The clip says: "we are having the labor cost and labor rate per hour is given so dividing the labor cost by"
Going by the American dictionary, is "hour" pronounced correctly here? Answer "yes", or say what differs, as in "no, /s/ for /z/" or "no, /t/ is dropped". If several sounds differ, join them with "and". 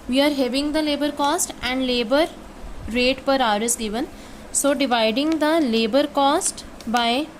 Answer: yes